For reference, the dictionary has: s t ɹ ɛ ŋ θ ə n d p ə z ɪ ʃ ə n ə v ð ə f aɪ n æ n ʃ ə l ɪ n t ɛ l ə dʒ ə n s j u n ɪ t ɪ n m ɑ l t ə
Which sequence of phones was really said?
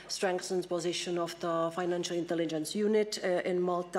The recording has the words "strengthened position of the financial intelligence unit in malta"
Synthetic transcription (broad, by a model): s t ɹ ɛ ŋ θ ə n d p ə z ɪ ʃ ə n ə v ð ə f aɪ n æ n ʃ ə l ɪ n t ɛ l ə dʒ ə n s j u n ɪ t ɪ n m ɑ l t